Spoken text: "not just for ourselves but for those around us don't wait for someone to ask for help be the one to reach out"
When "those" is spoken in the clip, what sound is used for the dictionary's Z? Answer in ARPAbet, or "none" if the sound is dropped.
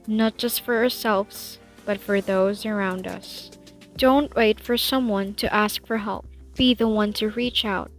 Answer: Z